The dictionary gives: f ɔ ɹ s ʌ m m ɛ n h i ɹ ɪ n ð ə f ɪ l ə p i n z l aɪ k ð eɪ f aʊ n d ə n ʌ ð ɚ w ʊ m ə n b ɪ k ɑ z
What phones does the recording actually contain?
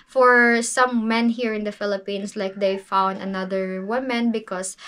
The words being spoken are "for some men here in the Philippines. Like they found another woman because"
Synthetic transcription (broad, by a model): f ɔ ɹ s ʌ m m ɛ n h i ɹ ɪ n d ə f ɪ l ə p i n s l aɪ k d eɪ f aʊ n d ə n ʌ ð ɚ w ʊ m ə n b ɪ k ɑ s